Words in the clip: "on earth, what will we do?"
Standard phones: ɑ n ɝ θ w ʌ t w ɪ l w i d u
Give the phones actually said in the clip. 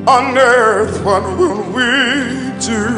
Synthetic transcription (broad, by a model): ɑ n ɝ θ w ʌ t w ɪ n w i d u